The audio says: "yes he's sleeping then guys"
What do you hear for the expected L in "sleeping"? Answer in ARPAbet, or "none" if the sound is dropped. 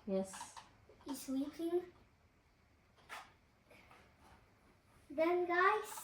W